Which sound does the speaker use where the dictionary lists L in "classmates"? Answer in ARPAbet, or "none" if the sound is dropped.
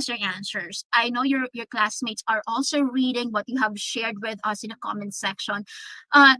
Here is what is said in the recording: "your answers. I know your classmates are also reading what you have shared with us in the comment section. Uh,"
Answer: L